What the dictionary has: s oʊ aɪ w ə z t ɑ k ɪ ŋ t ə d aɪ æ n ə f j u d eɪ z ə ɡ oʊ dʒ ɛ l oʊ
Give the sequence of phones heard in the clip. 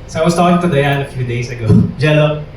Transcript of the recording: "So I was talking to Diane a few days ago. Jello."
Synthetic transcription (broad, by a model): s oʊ aɪ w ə s t ɑ k ɪ ŋ t ə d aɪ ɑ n ə f j u d eɪ s ə ɡ oʊ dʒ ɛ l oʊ